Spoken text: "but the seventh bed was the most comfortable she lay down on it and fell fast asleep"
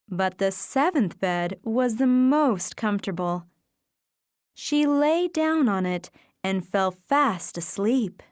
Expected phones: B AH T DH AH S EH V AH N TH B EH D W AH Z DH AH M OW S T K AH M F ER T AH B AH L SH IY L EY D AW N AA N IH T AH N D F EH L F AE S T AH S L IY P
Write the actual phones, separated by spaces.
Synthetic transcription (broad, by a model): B AH T DH AH S EH V AH N TH B EH D W AH Z DH AH M OW S T K AH M F T AH B L SH IY L EY D AW N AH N IH T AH N F EH L F AE S T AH S L IY P